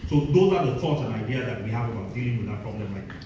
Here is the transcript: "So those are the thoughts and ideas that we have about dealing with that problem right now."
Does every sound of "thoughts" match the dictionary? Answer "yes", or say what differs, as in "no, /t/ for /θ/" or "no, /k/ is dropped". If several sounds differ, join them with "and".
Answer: no, /s/ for /θ/